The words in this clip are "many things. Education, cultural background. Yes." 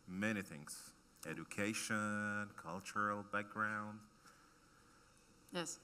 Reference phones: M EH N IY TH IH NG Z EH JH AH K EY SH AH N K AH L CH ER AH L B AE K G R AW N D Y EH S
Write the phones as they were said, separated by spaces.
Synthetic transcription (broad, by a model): M EH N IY TH IH NG Z EH JH AH K EY SH AH N K AH L CH ER L B AE K G R AW N D Y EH S